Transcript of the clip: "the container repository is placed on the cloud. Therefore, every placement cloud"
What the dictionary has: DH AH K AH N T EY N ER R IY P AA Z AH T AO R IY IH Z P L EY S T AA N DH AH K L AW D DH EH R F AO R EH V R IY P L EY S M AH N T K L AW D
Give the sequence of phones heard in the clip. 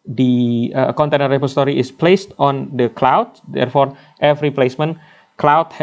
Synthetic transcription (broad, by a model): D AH K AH N T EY N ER R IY P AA S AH T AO R IY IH S P L EY S T AA N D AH K L AW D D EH R F AO R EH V R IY P L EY S M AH N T K L AW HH